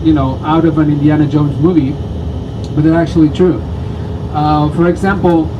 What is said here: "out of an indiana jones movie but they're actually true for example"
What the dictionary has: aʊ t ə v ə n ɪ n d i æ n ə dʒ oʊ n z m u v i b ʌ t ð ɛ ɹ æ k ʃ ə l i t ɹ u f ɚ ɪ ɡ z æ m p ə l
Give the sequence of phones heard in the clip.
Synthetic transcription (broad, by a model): aʊ t ə v ə n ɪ n d i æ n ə dʒ oʊ n z m u v i b ʌ t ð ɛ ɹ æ k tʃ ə l i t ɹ u f ɚ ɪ ɡ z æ m p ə l